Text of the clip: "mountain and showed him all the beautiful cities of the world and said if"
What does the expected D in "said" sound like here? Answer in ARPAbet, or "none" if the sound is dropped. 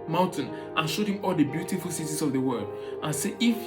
none